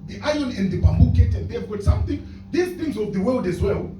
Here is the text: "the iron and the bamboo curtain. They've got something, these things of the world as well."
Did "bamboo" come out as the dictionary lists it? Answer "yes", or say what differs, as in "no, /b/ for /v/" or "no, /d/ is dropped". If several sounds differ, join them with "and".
yes